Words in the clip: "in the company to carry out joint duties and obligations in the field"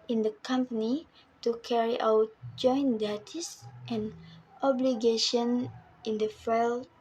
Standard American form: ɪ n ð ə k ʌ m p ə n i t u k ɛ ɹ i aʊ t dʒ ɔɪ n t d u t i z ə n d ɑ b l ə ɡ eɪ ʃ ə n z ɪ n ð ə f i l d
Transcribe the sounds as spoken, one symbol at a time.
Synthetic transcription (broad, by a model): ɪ n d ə k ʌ m p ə n i t u k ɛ ɹ i aʊ t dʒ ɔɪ n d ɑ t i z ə n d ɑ b l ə ɡ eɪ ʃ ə n ɪ n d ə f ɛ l